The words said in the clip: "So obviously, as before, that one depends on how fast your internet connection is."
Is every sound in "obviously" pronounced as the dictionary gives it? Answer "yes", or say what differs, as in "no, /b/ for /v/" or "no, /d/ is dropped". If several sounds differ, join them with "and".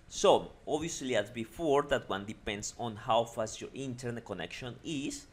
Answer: no, /v/ is dropped